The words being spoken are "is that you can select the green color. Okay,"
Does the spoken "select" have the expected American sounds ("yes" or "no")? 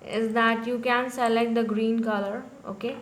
yes